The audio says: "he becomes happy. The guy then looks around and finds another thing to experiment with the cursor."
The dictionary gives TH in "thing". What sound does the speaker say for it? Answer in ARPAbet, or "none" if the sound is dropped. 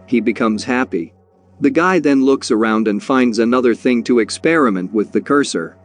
TH